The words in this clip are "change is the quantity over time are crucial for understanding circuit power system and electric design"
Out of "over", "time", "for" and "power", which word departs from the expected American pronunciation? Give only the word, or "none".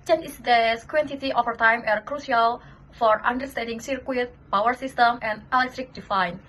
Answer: over